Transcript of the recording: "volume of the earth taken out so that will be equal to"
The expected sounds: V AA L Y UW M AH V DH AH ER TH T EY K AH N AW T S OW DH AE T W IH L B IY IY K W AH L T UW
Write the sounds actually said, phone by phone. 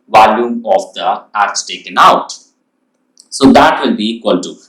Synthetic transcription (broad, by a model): V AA L Y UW M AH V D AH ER S T EY K AH N AW T S OW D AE T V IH L B IY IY K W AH L T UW